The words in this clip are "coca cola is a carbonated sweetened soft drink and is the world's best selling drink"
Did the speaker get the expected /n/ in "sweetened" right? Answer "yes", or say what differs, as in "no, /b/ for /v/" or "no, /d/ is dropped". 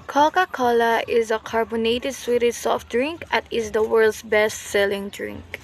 no, /n/ is dropped